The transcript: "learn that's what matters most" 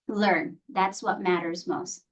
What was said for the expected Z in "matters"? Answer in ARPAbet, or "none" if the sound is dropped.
Z